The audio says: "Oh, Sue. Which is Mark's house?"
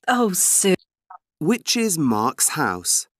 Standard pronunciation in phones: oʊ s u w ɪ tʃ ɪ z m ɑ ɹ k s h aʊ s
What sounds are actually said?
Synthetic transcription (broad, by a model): oʊ s u w ɪ tʃ ɪ z m ɑ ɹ k s h aʊ s